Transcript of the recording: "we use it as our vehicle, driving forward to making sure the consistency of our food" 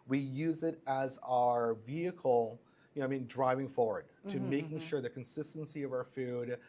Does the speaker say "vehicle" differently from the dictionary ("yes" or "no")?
yes